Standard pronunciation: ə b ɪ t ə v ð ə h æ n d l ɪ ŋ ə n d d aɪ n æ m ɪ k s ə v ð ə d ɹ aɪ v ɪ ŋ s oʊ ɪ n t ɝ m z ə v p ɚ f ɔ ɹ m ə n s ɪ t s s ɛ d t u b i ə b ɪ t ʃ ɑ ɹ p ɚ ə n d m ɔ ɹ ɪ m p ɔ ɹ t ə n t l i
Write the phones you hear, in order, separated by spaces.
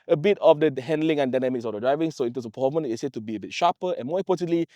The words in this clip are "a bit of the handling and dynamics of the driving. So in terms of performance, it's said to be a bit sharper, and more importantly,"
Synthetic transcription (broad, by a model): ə b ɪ t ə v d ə h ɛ n d l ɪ ŋ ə n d d aɪ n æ m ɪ k s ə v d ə d ɹ aɪ v ɪ ŋ s oʊ ɪ n t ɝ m s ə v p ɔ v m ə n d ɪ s s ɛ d t u b i ə b ɪ t ʃ ɑ p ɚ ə n m ɔ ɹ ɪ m p ɔ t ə n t l i